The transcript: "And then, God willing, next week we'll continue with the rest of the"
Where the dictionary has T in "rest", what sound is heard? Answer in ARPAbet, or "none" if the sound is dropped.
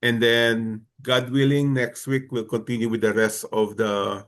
T